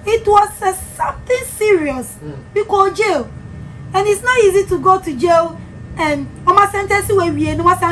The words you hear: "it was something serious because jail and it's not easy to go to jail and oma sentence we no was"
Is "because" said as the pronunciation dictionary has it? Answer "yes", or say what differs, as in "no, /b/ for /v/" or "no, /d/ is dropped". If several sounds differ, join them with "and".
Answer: no, /z/ is dropped